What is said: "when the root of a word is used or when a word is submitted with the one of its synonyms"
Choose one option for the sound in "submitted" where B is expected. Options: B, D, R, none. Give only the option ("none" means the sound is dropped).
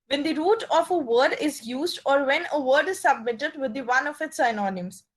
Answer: B